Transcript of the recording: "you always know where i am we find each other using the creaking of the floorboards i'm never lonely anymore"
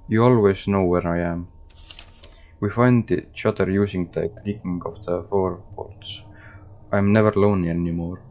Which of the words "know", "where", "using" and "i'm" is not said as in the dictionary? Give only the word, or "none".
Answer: using